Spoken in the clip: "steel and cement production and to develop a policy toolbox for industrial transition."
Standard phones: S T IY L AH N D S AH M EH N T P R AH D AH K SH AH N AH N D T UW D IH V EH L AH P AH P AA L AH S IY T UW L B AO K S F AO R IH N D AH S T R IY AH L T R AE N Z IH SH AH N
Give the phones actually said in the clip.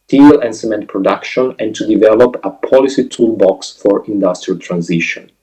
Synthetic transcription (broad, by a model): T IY L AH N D S AH M EH N T P R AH D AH K SH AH N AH N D T UW D IH V EH L AH P AH P AA L AH S IY T UW L B AO K S F AO R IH N D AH S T R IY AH L T R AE N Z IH SH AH N